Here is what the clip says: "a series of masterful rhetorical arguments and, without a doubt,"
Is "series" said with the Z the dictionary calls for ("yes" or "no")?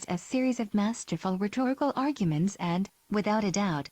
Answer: yes